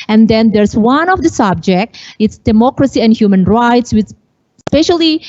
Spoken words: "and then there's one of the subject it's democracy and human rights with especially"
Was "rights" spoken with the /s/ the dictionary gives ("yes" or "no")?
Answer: yes